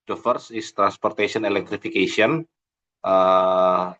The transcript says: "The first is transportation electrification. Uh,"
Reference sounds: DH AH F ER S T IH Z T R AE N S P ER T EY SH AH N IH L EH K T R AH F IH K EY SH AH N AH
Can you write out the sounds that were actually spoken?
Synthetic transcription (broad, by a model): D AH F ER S IH S T R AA N S P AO T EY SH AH N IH L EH K T R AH F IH K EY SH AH N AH